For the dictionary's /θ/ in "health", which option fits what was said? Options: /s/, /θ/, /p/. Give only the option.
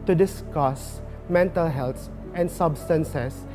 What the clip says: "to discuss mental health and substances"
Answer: /s/